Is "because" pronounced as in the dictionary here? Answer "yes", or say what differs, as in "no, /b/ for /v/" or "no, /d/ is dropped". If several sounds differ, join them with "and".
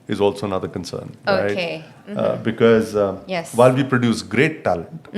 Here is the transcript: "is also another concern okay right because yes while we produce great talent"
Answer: yes